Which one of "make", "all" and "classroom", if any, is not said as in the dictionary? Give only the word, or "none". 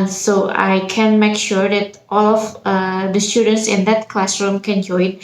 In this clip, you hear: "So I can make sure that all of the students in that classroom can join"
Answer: none